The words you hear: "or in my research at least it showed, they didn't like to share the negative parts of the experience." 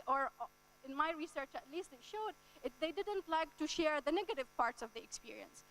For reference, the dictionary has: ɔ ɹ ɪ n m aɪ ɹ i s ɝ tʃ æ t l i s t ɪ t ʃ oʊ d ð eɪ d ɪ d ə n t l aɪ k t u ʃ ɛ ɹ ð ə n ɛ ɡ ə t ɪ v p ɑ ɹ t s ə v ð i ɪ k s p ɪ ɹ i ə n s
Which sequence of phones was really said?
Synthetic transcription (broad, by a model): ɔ ɹ ɪ n m aɪ ɹ i s ɝ tʃ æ t l i s t ɪ t ʃ oʊ d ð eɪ d ɪ d ə n t l aɪ k t u ʃ ɛ ɹ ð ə n ɛ ɡ ə t ɪ v p ɑ ɹ t s ə v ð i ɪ k s p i ɹ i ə n s